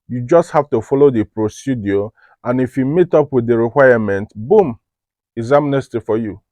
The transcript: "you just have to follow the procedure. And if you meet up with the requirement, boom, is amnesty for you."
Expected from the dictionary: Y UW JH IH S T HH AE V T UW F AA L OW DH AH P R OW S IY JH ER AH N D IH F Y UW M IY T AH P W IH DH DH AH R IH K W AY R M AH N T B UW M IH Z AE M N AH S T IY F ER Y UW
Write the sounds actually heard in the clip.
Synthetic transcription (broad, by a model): Y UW JH IH S T HH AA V T UW F AA L OW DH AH P R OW S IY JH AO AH N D IH F Y UW M IY T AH P W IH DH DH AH R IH K W AY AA M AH N T B UW M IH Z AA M N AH S T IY F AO Y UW